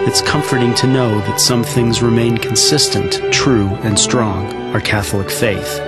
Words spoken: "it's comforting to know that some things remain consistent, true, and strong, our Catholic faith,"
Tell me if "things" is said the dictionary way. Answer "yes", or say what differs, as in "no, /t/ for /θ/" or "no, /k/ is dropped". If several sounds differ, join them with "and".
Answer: yes